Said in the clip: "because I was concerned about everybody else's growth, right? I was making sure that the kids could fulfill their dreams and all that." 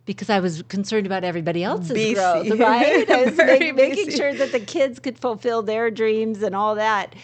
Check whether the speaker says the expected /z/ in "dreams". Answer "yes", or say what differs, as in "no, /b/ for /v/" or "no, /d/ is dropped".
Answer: yes